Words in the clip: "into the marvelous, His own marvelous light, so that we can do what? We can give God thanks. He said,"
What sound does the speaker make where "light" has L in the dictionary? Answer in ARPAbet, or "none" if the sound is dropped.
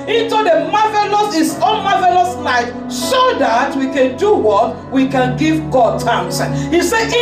N